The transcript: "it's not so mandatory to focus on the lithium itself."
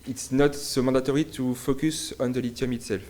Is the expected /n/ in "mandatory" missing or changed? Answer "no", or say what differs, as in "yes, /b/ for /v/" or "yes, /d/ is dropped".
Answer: yes, /n/ is dropped